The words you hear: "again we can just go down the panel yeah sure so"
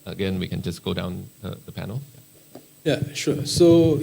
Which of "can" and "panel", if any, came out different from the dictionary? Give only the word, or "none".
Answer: none